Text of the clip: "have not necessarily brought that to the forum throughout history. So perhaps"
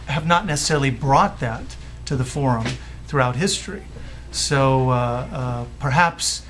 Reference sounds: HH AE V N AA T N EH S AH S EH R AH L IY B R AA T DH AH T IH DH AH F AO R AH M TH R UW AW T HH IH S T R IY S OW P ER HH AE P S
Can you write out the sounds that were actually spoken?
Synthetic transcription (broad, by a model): HH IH V N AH T N EH S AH S EH R L IY B R AA T DH AH T IH DH AH F AO R AH M TH R UW AW T HH IH S T R IY S OW P ER HH AE P S